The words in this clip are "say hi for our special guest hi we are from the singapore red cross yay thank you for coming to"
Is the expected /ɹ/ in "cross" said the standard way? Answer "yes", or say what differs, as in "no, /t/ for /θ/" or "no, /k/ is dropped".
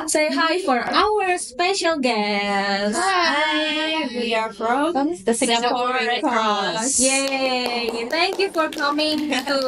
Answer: no, /ɹ/ is dropped